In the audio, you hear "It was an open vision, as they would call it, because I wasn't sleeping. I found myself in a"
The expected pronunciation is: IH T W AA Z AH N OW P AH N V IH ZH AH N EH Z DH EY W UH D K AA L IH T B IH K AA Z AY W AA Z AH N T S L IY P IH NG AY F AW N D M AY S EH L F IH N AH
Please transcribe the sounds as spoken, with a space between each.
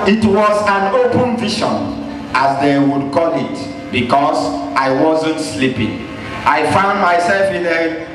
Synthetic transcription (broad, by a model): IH T W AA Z AH N OW P AH N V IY SH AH N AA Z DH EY W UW D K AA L IH T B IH K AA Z AY W AA Z AH N T S L IY P IH NG AY F AW N D M AY S EH L F IH N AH